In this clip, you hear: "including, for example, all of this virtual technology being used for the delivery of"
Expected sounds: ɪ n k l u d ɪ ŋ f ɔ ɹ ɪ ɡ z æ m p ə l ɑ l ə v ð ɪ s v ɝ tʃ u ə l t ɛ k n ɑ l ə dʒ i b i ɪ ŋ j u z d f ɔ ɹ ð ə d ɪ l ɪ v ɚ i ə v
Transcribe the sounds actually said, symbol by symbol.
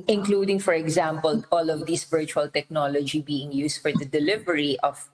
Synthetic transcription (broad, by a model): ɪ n k l u d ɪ ŋ f ɔ ɹ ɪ ɡ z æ m p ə l ɑ l ə v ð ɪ s v ɝ tʃ u ə l t ɛ k n ɑ l ə dʒ i b i ɪ ŋ j u s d f ɔ ɹ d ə d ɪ l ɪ v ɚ i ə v